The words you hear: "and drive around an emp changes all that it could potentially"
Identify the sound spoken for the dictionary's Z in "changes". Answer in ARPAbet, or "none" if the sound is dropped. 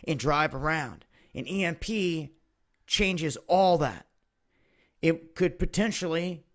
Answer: Z